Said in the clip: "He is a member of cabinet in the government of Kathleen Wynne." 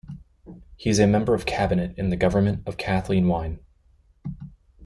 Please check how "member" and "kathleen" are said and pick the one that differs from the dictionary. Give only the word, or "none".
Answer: none